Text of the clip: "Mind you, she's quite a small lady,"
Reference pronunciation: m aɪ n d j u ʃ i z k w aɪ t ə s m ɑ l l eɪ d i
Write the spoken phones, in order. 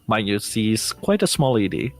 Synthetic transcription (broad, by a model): m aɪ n j u s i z k w aɪ t ə s m ɑ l l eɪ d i